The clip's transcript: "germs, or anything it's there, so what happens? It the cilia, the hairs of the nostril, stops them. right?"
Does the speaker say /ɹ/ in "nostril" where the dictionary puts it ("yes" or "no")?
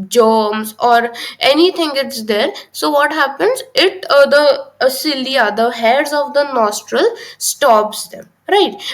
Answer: yes